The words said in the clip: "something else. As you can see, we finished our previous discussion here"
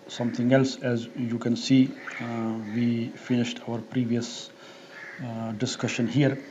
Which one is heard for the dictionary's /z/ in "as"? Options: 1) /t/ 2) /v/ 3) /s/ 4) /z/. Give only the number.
4